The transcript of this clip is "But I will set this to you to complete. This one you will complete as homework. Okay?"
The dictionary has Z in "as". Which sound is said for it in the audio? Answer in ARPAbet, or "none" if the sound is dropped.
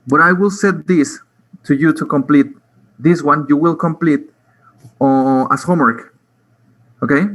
S